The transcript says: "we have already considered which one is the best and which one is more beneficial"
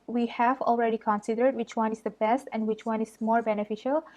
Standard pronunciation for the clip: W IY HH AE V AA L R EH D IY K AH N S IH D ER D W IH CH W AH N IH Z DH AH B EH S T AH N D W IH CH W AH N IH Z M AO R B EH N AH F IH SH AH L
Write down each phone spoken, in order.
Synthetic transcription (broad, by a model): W IY HH AE V AA L R EH D IY K AH N S IH D ER D W IH CH W AH N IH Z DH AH B EH S T AH N D W IH CH W AH N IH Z M AO R B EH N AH F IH SH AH L